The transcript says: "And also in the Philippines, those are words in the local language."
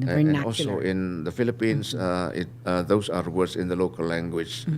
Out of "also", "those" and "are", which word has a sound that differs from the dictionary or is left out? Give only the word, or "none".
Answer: those